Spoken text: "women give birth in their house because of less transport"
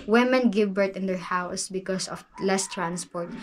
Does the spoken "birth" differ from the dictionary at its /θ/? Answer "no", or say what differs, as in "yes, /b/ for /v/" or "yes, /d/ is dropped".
yes, /t/ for /θ/